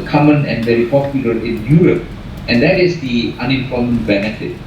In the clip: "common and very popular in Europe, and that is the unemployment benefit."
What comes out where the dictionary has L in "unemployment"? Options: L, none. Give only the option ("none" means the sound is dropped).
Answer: none